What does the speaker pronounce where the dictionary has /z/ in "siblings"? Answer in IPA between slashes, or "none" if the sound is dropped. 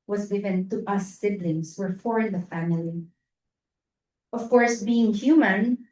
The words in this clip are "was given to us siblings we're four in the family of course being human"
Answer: /s/